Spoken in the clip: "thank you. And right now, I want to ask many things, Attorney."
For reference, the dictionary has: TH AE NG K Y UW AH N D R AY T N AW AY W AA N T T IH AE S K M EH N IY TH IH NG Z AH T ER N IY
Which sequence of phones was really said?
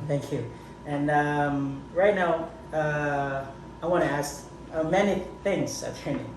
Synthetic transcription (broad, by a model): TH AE NG K Y UW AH N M R AY T N AW AY W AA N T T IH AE S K M EH N IY TH IH NG Z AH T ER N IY